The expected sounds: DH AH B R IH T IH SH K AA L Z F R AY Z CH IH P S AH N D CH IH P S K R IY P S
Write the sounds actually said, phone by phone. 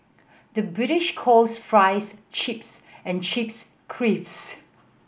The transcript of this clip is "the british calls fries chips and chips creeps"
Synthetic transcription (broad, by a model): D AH B R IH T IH SH K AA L S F R AY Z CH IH P S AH N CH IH P S K R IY F S